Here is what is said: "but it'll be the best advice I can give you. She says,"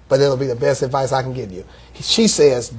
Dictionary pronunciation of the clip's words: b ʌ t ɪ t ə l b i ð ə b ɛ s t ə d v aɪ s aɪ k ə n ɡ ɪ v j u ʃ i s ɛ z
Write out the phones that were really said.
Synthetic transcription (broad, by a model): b ʌ t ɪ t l b i ð ə b ɛ s t ə d v aɪ s aɪ k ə n ɡ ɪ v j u ʃ i s ɛ z